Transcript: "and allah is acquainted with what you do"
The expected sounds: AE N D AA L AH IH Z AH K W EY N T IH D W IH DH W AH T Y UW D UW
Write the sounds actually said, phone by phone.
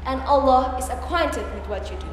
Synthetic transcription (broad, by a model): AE N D AA L AH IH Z AH K W EY N T IH D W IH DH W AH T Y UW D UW